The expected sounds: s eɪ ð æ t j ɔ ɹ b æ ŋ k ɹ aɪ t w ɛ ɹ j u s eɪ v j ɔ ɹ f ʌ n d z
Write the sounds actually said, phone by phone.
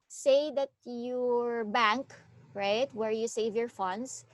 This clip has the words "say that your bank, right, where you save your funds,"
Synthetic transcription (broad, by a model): s eɪ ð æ t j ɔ ɹ b æ ŋ k ɹ aɪ t w ɛ ɹ j u s eɪ v j ɔ ɹ f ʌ n d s